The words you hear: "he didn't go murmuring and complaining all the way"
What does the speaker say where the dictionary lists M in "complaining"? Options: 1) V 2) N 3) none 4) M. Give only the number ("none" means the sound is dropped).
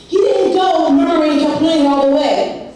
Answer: 3